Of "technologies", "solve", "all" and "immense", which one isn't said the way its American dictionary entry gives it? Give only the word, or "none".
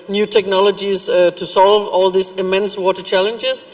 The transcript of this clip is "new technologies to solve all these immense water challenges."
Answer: none